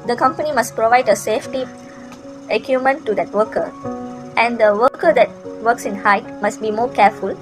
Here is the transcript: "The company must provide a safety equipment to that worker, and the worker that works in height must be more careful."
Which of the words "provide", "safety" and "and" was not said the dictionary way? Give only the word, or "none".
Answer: none